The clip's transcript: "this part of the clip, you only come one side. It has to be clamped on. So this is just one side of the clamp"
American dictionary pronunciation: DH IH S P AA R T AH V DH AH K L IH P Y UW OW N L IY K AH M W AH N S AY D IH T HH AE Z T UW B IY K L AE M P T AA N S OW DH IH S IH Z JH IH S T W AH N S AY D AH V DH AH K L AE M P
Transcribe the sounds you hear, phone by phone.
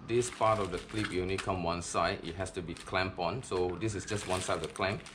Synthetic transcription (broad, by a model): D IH S P AA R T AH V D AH K L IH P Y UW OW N IY K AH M W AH N S AY D IH T HH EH S T UW B IY K L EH M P AA N S OW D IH S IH S JH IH S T W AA N S AY D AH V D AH K L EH M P